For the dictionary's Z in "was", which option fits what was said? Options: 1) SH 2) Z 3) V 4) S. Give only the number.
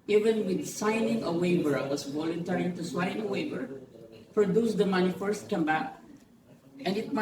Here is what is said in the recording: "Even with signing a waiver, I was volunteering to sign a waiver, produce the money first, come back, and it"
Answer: 4